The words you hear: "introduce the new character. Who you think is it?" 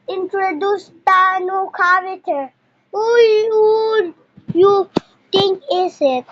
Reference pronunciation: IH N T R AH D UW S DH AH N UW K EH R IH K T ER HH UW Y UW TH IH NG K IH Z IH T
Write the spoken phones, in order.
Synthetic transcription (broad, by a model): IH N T R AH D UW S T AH N UW K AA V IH T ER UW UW Y UW T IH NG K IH S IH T